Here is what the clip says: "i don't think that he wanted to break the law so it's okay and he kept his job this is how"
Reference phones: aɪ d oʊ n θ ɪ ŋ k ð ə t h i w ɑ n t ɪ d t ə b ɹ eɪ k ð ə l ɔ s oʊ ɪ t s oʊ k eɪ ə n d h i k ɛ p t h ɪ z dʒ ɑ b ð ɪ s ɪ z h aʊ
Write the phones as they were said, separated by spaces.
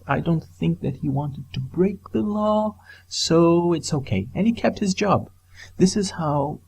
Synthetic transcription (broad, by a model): aɪ d oʊ n θ ɪ ŋ k ð ə t h i w ɑ n t ɪ d t ə b ɹ eɪ k ð ə l ɔ s oʊ ɪ t s oʊ k eɪ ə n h i k ɛ p t h ɪ z dʒ ɑ b ð ɪ s ɪ z h aʊ